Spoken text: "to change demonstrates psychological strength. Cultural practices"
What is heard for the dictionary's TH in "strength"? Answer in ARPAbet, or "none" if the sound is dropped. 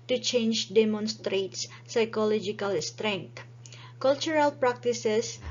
T